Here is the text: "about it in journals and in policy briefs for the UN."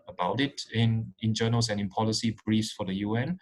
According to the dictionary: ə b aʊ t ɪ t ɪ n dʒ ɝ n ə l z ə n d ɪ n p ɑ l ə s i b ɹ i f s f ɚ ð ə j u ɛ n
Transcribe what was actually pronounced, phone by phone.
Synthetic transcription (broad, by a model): ə b aʊ t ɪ t ɪ n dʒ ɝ n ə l s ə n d ɪ n p ɑ l ə s i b ɹ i s f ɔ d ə j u ɛ n